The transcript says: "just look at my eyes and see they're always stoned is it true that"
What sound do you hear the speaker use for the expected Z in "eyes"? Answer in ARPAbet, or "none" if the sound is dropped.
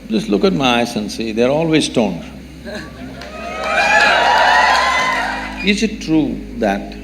S